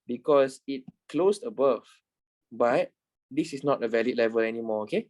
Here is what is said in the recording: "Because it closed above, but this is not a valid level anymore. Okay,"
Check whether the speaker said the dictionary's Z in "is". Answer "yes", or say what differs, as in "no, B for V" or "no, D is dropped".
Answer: no, S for Z